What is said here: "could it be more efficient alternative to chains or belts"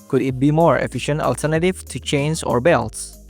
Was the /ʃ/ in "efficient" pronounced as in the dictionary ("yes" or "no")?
yes